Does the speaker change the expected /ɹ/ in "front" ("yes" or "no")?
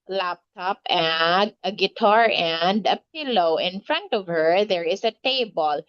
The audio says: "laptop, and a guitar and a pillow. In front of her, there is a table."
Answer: no